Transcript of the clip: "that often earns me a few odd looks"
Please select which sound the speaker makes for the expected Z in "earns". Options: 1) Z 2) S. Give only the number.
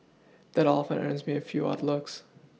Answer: 1